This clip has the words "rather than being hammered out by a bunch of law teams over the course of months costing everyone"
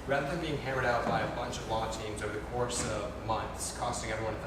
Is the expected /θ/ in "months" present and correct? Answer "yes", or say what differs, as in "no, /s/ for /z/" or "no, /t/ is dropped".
yes